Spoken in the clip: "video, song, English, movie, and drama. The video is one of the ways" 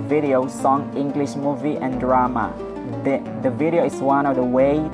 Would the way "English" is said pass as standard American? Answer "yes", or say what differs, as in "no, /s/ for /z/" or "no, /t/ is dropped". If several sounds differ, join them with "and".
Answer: yes